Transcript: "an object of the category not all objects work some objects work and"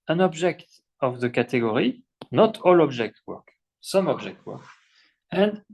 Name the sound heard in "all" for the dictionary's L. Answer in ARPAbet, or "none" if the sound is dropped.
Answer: L